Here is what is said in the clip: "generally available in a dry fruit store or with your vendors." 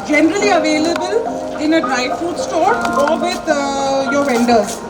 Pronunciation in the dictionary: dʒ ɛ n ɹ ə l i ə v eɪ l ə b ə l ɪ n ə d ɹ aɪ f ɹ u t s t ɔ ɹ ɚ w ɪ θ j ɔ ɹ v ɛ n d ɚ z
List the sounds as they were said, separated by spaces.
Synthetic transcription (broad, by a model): dʒ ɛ n ɹ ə l i ə v eɪ l ə b ə l ɪ n ə d ɹ aɪ f u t s t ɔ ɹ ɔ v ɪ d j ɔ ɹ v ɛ n d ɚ